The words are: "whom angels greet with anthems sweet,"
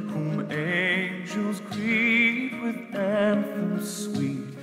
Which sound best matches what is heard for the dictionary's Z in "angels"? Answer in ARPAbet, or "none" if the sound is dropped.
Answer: Z